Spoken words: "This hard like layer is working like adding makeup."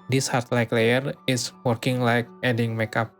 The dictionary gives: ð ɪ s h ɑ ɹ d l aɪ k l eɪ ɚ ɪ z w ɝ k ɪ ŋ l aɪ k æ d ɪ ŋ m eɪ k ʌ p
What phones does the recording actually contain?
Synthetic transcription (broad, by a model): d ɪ s h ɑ ɹ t l aɪ k l eɪ ɚ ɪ s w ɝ k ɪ ŋ l aɪ k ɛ d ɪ ŋ m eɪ k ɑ p